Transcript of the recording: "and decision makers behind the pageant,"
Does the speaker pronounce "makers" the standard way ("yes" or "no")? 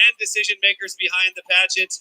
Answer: yes